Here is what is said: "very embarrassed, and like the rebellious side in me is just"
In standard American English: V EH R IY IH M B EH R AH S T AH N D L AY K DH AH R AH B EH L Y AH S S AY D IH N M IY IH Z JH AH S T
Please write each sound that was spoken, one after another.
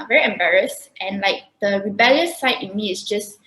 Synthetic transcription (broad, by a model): V EH R IY IH M B EH R AH S T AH N L AY K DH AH R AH B EH L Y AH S S AY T IH N M IY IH S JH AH S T